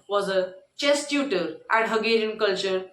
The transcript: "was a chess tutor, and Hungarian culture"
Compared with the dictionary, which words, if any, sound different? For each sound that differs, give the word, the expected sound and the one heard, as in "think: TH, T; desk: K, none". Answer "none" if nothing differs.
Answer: hungarian: NG, none